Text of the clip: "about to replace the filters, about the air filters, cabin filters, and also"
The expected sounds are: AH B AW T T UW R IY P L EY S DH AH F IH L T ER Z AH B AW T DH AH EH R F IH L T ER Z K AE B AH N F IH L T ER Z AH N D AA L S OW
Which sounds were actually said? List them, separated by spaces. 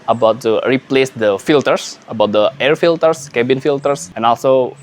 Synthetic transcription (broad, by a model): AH B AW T T UW R IY P L EY S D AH F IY L T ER S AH B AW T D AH EH R F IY L T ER S K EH B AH N F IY L T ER S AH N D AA L S OW